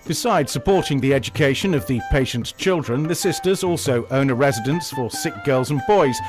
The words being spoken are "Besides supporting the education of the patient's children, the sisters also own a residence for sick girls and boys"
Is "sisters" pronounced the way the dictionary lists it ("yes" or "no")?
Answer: yes